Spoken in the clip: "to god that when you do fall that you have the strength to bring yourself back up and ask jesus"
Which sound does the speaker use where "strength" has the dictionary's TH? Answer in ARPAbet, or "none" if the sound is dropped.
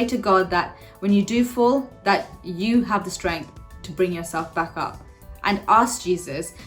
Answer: TH